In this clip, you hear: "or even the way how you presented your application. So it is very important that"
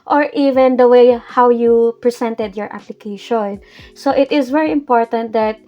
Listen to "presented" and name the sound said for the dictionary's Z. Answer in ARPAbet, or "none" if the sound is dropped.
S